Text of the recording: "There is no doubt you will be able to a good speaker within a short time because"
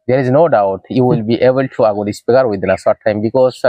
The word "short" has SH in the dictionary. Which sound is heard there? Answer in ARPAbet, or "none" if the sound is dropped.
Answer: S